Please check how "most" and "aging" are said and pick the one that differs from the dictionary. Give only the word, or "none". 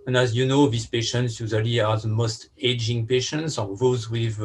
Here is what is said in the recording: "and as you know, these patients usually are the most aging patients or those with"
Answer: none